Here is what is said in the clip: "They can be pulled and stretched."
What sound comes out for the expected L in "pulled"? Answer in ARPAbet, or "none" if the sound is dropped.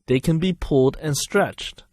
none